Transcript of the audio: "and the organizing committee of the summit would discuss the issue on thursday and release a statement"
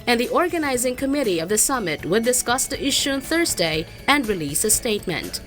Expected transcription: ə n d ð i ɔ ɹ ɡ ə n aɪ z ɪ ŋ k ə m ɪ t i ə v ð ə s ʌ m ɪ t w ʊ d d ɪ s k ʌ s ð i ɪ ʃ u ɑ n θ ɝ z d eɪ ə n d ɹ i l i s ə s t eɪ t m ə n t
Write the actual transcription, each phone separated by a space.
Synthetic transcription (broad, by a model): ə n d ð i ɔ ɹ ɡ ə n aɪ z ɪ ŋ k ə m ɪ t i ə v ð ə s ʌ m ɪ t w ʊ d d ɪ s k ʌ s ð i ɪ ʃ u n θ ɝ z d eɪ ə n d ɹ i l i s ə s t eɪ t m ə n t